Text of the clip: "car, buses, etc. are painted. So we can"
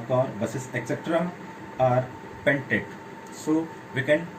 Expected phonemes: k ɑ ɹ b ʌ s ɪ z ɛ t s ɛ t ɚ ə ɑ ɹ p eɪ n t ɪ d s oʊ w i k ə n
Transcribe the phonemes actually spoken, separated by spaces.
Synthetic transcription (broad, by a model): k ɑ ɹ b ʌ s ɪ s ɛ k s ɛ t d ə ɑ ɹ p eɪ n t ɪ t s oʊ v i k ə n